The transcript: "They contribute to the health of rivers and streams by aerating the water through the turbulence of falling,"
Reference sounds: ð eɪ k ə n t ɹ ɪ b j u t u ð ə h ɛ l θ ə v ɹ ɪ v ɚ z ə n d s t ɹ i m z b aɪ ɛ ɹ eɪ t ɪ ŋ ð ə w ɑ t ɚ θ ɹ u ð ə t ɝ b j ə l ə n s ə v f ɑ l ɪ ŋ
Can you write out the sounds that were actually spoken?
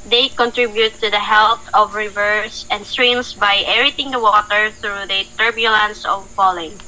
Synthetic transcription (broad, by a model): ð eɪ k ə n t ɹ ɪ b j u t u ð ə h ɛ l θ ə v ɹ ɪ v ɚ s ə n d s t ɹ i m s b aɪ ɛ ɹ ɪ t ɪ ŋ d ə w ɑ t ɚ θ ɹ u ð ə t ɝ b j ə l ə n s ə v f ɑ l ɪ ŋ